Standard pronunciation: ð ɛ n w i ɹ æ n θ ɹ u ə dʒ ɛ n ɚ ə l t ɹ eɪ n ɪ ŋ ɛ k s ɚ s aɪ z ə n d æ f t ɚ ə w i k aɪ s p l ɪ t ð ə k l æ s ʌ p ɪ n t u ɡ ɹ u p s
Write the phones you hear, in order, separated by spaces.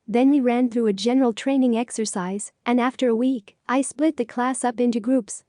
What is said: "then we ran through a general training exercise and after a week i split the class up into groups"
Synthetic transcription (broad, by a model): ð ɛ n w i ɹ æ n θ ɹ u ə dʒ ɛ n ɚ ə l t ɹ eɪ n ɪ ŋ ɛ k s ɚ s aɪ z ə n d æ f t ɚ ə w i k aɪ s p l ɪ t ð ə k l æ s ʌ p ɪ n t u ɡ ɹ u p s